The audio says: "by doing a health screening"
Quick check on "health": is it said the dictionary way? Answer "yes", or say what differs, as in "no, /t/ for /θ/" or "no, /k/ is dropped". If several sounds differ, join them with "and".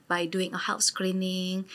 no, /f/ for /θ/